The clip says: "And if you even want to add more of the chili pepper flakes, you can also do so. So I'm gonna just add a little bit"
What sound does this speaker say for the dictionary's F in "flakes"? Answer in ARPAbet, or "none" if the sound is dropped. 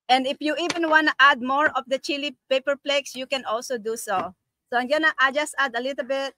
P